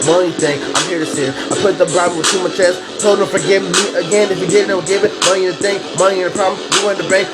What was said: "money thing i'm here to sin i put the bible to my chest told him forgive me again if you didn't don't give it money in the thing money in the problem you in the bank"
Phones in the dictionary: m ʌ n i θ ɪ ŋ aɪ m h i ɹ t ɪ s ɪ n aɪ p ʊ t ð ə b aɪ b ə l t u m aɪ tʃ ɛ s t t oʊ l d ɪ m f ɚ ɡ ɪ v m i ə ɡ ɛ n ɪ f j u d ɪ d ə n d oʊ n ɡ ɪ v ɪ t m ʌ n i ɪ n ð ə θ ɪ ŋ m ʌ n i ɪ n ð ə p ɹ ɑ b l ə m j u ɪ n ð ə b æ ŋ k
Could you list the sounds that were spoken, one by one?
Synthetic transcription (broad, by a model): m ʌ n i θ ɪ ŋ aɪ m h i ɹ t ɪ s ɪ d aɪ p ʊ t ð ə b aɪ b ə w t u m aɪ tʃ ɛ s t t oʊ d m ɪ f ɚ ɡ ɪ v m i ə ɡ ɛ n ɪ f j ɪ d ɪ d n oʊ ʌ ɡ ɪ v ɪ t m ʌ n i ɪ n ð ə θ ɪ ŋ m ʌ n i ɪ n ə p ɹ ɑ b l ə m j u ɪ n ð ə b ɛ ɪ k